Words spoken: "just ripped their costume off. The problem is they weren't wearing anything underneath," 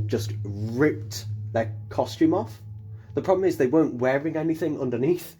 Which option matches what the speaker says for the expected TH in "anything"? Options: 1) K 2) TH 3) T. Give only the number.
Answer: 2